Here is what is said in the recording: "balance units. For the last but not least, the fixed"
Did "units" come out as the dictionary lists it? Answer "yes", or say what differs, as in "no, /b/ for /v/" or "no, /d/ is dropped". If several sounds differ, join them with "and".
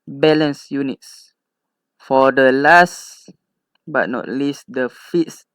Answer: yes